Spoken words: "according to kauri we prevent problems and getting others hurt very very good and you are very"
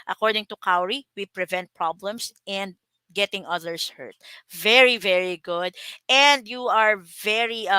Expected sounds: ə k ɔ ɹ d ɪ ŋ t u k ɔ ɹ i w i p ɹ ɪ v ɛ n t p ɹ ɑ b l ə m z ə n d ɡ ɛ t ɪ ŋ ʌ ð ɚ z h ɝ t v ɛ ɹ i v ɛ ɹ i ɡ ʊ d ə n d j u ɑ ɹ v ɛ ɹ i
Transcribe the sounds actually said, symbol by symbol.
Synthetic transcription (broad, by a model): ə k ɔ ɹ d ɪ ŋ t u k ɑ ɹ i w i p ɹ ɪ v ɛ n t p ɹ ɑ b l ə m s ə n d ɡ ɛ t ɪ ŋ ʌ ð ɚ s h ɝ t v ɛ ɹ i v ɛ ɹ i ɡ ʊ d ə n d j u ɑ ɹ v ɛ ɹ i